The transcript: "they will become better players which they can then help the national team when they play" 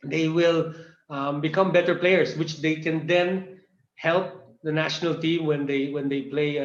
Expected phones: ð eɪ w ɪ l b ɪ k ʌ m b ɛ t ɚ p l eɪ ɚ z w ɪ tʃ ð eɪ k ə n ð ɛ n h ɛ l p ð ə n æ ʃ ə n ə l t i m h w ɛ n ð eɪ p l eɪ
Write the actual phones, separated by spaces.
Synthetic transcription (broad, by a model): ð eɪ w ɪ l b ɪ k ʌ m b ɛ t ɚ p l eɪ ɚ s w ɪ tʃ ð eɪ k ə n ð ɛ n h ɛ l p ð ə n æ ʃ ə n ə l t i m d w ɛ n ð eɪ p l eɪ